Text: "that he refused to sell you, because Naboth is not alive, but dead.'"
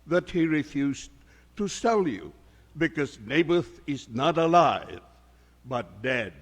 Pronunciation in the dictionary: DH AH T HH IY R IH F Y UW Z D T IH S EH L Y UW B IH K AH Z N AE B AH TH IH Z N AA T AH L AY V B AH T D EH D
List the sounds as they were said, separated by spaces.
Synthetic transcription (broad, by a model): DH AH T HH IY R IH F Y UW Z T IH S EH L Y UW B IH K AH Z N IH B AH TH IH Z N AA T AH L AY V B AH T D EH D